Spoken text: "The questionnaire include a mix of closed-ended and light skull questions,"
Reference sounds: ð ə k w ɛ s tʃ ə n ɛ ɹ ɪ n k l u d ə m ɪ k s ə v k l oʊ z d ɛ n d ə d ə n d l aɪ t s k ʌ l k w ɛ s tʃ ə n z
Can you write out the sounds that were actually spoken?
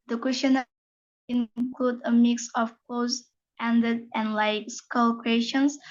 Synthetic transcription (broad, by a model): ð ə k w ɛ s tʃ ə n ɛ ɪ n k l u d ə m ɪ k s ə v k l oʊ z ɛ n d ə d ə n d l aɪ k s k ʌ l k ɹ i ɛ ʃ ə n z